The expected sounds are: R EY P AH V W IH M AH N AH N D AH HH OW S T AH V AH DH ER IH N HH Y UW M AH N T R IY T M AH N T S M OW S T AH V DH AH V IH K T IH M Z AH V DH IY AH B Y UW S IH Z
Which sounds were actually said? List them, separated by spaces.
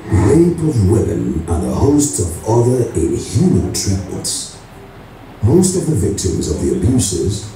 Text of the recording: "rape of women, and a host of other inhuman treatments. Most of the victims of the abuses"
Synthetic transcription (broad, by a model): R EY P AH V W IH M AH N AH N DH AH HH OW S T AH V AH DH ER IH N HH Y UW M AH N T R IY T M AH N T S M OW S T AH V DH AH V IH K T IH M Z AH V DH IY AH B Y UW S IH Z